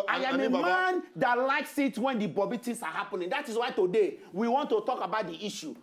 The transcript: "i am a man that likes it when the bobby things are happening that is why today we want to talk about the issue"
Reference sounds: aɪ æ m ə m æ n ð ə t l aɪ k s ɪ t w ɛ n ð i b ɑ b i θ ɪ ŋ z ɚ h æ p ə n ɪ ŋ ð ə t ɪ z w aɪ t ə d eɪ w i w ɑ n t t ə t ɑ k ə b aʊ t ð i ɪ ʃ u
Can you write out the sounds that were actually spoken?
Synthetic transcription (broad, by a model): aɪ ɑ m ə m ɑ n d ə t l aɪ k s ɪ t w ɛ n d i b ɑ b i t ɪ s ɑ h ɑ p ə n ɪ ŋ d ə t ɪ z w aɪ t ə d eɪ w i w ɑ n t t ə t ɑ k ə b aʊ t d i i ʃ u